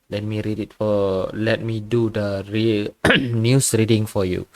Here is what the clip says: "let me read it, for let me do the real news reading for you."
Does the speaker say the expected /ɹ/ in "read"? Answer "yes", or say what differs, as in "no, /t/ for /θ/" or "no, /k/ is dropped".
yes